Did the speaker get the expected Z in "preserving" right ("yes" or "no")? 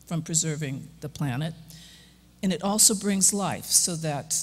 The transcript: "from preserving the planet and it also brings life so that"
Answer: yes